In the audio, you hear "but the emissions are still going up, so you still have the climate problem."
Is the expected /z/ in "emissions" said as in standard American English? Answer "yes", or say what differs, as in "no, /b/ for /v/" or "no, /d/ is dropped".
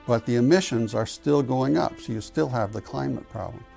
yes